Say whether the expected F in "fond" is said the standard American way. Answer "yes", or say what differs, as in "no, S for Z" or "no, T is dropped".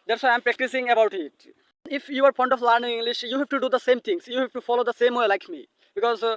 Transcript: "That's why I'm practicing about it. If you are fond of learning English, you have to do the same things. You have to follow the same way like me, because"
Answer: no, P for F